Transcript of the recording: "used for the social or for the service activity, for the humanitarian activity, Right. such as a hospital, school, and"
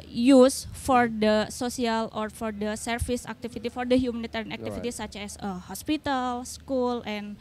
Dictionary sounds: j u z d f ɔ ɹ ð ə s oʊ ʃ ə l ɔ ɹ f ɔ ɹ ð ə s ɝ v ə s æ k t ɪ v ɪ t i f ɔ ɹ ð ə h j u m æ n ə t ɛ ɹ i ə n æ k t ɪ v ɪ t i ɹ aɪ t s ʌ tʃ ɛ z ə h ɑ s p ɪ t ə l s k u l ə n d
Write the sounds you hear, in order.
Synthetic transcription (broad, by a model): j u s f ɔ ɹ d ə s oʊ s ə l ɔ ɹ f ɔ ɹ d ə s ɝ f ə s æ k t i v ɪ t i f ɔ ɹ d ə h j u m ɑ n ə t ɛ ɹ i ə n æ k t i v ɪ t i s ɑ tʃ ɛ s ə h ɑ s p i t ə l s k u l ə n